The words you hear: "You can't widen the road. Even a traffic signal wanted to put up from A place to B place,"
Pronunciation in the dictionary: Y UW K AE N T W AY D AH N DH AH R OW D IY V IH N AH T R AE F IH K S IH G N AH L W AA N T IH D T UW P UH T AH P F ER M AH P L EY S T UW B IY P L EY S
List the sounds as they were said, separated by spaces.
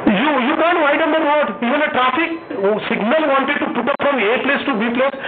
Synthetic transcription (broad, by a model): Y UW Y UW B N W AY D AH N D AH W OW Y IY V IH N AH T R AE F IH K S IH G N AH L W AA N T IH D T UW P UH T AH P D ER M AH P L EY S T UW B IY P L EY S